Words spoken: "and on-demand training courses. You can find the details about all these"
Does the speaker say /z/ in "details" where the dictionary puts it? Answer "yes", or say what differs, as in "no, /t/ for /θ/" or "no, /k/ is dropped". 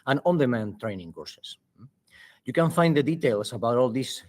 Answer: no, /s/ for /z/